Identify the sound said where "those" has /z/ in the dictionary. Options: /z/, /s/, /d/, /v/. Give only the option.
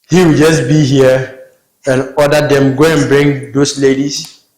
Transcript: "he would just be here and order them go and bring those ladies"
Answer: /s/